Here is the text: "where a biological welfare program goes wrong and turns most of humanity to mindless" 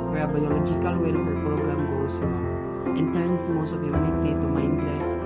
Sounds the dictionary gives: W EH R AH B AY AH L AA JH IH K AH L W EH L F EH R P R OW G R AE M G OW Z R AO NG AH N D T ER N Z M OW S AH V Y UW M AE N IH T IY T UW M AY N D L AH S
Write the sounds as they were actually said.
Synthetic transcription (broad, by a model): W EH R AH B AY AH L AA JH IH K AH L W EH L F EH R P R OW G R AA M G OW S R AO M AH N T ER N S M OW S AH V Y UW UW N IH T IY T UW M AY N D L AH S